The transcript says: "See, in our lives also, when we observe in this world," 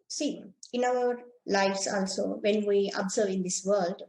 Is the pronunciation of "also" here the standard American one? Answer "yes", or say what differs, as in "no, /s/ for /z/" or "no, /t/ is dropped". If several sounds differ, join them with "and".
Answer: yes